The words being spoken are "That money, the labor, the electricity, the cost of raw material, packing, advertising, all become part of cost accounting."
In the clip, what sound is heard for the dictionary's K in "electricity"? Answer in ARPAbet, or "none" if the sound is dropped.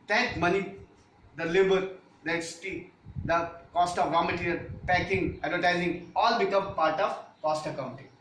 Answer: none